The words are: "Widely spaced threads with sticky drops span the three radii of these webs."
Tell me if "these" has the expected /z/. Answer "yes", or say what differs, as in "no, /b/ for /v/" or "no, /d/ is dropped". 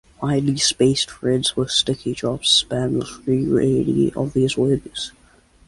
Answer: yes